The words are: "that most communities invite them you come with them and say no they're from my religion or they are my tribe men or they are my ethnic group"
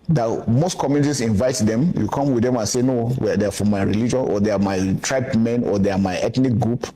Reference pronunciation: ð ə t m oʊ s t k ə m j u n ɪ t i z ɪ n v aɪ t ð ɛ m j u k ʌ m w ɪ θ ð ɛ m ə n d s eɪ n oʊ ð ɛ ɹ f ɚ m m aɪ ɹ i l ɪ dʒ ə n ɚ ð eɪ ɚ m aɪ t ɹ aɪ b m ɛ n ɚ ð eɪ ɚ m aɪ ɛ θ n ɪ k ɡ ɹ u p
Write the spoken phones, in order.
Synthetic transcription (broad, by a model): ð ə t m oʊ s t k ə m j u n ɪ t i s ɪ n v aɪ t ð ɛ m j u k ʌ m w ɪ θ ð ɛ m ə n s eɪ n oʊ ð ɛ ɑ f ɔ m m aɪ ɹ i l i dʒ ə n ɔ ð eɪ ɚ m aɪ t ɹ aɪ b m ɛ n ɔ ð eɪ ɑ m aɪ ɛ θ n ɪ k ɡ ɹ u p